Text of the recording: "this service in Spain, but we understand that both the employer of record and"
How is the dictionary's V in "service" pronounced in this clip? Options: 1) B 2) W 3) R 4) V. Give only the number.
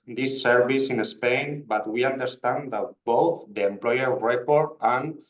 1